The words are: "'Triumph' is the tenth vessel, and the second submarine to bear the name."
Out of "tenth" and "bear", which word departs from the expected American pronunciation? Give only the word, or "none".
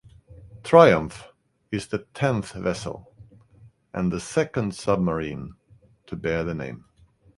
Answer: none